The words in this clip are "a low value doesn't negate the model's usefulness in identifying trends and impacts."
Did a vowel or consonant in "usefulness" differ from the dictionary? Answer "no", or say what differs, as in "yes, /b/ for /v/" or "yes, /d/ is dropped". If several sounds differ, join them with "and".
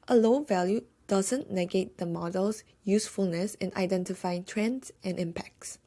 no